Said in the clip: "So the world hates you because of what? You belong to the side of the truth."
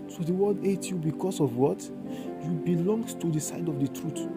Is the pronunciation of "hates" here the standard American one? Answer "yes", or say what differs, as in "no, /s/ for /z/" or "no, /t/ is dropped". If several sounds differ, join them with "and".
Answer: no, /s/ is dropped